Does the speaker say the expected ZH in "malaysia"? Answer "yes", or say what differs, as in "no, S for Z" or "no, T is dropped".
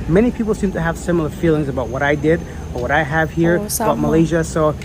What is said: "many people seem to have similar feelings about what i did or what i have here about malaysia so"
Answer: yes